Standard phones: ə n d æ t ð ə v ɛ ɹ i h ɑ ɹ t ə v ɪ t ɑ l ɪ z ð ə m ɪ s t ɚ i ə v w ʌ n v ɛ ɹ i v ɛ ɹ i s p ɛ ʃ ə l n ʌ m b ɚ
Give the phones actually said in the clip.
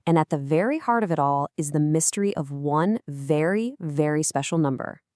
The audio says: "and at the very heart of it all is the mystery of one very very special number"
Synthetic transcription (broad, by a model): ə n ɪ t ð ə v ɛ ɹ i h ɑ ɹ t ə v ɪ t ɑ l ɪ z ð ə m ɪ s t ɚ i ə v w ʌ n v ɛ ɹ i v ɛ ɹ i s p ɛ ʃ l n ʌ m b ɚ